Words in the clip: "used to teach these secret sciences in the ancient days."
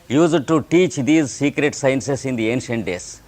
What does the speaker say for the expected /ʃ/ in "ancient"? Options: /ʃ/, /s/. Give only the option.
/ʃ/